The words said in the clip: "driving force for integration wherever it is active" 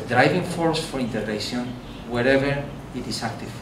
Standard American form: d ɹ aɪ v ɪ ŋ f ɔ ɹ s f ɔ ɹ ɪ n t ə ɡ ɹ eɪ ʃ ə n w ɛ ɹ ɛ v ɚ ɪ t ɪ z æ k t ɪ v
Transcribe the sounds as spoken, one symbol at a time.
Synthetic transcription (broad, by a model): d ɹ aɪ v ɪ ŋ f ɔ ɹ s f ɔ ɹ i n t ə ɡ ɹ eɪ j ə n w ɛ ɹ ɛ v ɚ ɪ t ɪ s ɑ k t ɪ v